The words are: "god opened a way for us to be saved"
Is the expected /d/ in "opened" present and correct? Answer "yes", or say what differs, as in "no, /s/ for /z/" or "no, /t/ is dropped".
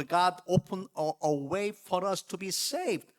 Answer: no, /d/ is dropped